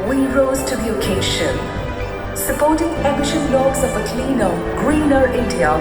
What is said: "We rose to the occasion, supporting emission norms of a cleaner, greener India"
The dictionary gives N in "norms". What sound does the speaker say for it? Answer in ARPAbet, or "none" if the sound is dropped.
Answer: L